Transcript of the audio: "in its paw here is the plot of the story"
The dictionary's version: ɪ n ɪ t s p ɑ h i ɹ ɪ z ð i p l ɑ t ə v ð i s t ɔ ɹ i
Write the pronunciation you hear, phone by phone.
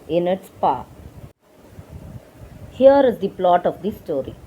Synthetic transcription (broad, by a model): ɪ n ɪ t s p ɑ h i ɹ ɪ z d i p l ɑ t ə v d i s t ɔ ɹ i